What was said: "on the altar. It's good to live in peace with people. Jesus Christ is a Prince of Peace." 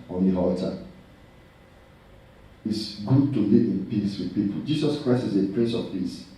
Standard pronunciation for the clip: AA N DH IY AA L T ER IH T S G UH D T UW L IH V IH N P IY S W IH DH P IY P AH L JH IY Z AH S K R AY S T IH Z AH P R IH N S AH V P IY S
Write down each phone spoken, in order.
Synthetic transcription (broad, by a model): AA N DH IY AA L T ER IH T S G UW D T UW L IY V IH N P IY S W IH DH P IY P AH L JH IY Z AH S K R AY S T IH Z AH P R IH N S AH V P IY S